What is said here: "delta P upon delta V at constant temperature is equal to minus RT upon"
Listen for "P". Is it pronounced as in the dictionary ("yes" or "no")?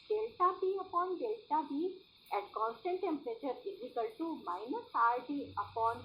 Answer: no